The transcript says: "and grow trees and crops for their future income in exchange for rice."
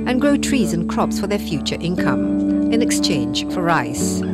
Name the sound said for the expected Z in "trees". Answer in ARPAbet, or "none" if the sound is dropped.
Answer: Z